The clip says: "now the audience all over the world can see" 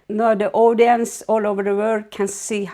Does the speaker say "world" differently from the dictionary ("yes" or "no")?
yes